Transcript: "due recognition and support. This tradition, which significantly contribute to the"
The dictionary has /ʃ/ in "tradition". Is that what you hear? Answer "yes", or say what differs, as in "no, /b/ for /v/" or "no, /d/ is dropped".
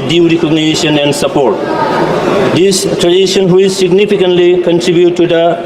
no, /s/ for /ʃ/